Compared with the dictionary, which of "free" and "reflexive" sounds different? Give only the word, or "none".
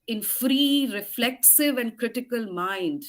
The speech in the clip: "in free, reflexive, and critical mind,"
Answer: none